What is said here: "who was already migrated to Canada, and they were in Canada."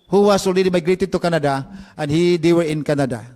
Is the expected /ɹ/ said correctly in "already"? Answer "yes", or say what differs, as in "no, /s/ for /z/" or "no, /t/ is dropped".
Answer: no, /l/ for /ɹ/